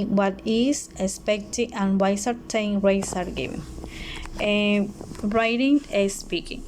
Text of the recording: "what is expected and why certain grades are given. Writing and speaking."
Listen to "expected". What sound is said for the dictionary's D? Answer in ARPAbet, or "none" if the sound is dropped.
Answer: none